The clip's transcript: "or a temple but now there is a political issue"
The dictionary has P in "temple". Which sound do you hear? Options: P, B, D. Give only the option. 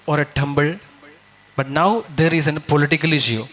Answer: B